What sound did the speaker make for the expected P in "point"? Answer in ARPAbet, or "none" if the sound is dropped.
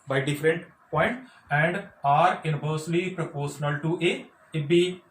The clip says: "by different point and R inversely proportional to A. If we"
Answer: P